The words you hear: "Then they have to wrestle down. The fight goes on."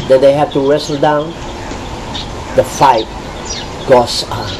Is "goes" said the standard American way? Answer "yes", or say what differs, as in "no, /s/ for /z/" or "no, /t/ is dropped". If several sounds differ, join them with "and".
no, /s/ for /z/